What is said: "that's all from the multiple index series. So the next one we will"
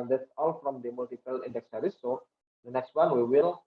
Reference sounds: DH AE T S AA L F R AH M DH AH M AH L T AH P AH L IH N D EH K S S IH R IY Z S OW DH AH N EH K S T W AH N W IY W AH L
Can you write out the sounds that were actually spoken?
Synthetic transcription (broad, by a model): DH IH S AA L F R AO M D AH M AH L T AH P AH L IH N D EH K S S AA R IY S OW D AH N EH K S T W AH N W IY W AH L